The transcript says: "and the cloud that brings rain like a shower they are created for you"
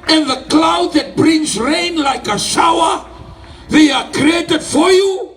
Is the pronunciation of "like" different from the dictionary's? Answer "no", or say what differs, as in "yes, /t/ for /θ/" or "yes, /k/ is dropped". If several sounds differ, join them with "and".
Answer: no